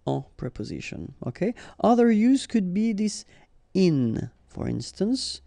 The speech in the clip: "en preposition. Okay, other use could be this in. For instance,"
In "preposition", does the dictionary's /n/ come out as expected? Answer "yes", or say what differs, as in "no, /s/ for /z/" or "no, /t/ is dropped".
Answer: yes